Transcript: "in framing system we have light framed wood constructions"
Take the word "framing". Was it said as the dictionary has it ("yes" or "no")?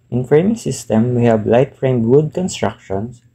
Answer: yes